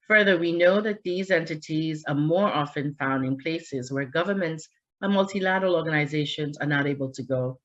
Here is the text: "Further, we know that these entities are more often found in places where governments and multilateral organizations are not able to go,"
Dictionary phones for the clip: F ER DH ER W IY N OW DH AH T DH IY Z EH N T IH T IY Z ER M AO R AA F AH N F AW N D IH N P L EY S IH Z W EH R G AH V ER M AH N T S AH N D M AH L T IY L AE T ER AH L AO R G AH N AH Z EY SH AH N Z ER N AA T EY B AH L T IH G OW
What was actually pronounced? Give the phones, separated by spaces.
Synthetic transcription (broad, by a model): F ER DH ER W IY N OW DH AH T DH IY Z EH N T IH T IY Z ER M AO R AA F AH N F AW N D IH N P L EY S IH Z W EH R G AH V ER M AH N T S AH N M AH L T IY L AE T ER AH L AO R G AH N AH Z EY SH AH N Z ER N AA T EY B AH L T IH G OW